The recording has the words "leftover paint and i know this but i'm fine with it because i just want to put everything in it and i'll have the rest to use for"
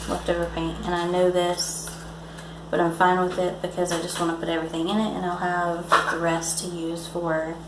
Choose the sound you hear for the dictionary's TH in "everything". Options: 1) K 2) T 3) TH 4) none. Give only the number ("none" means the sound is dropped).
3